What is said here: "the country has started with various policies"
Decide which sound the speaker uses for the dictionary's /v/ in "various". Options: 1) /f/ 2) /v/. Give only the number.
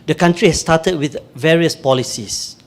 2